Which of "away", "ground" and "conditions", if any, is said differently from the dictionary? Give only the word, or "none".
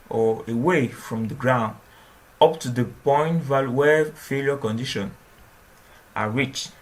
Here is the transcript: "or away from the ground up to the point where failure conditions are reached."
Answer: conditions